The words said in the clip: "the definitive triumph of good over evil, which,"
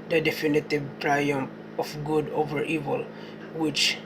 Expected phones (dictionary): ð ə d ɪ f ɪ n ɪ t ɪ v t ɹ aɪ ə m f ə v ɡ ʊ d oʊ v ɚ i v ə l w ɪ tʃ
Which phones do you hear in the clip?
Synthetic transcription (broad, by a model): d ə d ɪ f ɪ n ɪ t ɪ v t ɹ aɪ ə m ə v ɡ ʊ d oʊ v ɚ i v ə l w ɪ tʃ